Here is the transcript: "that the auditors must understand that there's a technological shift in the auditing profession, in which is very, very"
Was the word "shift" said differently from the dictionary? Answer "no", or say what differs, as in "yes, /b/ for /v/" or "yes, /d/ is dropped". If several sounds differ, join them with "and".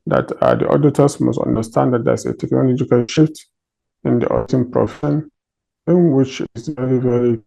no